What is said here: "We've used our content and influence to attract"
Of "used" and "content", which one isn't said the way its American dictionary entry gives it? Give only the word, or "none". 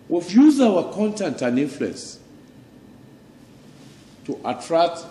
used